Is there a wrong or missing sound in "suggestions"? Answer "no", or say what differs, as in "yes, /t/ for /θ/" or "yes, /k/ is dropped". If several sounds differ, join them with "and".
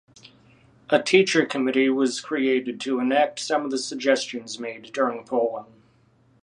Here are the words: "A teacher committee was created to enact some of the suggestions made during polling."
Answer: no